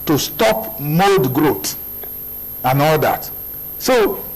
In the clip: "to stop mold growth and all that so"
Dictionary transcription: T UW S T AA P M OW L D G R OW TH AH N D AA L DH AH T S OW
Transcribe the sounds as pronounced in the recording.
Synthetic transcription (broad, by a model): T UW S T AA P M OW L D G R OW T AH N AA L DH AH T S OW